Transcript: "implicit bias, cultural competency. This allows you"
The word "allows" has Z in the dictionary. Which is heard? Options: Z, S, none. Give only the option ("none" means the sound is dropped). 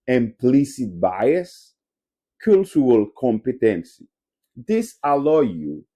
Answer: none